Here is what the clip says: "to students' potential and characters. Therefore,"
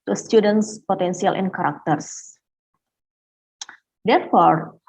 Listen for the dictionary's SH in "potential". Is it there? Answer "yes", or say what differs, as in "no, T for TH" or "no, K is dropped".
no, S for SH